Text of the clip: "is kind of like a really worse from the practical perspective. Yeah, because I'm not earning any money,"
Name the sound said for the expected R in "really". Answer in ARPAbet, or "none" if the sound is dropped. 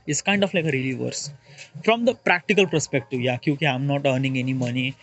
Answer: R